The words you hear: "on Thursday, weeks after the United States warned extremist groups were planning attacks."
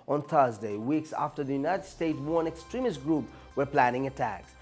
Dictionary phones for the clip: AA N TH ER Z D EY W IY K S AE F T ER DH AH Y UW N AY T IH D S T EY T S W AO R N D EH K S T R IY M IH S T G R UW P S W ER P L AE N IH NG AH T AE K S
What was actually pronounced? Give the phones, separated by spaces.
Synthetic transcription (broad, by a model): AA N TH ER Z D EY W IY K S AE F T ER DH AH Y UW N AY T IH D S T EY T S W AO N EH K S T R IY M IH S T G R UW P W ER P L AE N IH NG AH T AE K S